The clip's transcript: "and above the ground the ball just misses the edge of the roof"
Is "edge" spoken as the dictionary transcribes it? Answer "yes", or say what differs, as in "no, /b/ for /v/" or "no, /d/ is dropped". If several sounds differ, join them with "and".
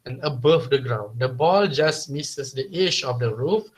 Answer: no, /ʃ/ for /dʒ/